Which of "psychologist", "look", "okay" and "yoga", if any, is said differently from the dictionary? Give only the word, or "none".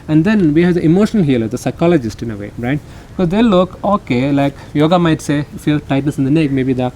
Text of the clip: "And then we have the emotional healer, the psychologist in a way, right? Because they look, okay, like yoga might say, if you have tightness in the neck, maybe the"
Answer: none